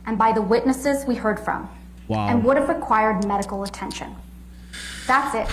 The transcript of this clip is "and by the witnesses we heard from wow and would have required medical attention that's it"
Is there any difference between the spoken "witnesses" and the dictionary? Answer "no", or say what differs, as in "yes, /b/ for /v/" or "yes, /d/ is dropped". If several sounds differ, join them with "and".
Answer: no